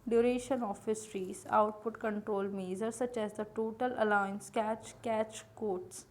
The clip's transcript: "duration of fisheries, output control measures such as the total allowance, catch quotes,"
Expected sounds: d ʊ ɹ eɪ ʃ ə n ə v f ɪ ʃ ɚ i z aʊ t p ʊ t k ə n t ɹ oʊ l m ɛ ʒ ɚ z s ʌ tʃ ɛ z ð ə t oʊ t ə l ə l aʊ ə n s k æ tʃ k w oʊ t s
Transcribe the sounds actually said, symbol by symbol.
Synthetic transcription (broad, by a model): d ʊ ɹ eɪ ʃ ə n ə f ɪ s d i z aʊ t p ʊ t k ə n t ɹ oʊ l m ɛ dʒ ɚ s ʌ tʃ ɛ z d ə t oʊ t ə l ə l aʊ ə n s k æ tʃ k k oʊ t s